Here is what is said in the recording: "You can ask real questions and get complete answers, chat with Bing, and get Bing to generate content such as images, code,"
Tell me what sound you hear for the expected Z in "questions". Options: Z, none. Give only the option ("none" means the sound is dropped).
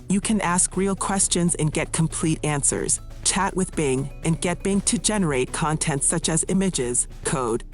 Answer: Z